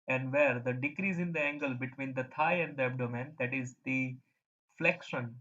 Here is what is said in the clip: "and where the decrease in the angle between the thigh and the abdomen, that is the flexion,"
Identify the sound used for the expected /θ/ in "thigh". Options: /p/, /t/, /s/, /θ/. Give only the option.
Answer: /t/